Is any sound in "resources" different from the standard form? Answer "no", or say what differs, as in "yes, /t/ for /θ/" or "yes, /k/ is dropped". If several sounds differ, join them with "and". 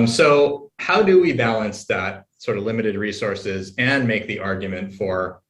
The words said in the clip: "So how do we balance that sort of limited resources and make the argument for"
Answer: no